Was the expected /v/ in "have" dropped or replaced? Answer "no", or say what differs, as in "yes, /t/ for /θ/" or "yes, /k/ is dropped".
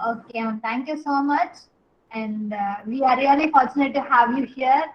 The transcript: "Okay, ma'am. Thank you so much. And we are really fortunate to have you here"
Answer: no